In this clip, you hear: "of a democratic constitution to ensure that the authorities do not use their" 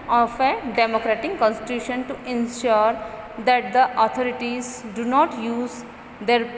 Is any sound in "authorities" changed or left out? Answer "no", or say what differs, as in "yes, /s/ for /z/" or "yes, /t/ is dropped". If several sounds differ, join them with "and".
yes, /t/ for /θ/